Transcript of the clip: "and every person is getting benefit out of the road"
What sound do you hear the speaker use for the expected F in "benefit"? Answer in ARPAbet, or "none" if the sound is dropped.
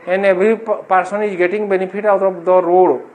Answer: P